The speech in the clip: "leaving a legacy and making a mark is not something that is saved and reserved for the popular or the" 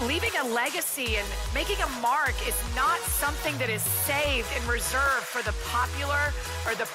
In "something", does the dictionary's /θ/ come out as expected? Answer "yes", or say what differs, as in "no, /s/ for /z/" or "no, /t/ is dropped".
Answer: yes